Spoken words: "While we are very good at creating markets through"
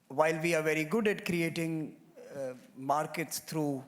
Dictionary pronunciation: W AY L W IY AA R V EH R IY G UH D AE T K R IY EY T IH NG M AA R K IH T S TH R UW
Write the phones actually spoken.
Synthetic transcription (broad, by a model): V AY L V IY AA R V EH R IY G UH D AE T K R IY EY T IH NG M AA R K IH T S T R UW